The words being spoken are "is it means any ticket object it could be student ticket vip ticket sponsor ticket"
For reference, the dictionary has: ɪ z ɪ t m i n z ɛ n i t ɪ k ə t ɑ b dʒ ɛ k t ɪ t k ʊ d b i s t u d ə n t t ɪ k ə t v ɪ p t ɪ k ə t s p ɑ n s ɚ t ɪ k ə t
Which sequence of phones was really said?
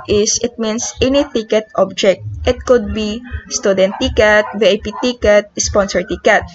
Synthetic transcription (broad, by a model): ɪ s ɪ t m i n s ɛ n i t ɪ k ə t ɑ b dʒ ɛ k t ɪ t k ʊ d b i s t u d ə n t t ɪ k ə t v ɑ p t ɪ k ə t s p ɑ n s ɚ t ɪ k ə t